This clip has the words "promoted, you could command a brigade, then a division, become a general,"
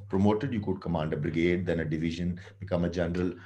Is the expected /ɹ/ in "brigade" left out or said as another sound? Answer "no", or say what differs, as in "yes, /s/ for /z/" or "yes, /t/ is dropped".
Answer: no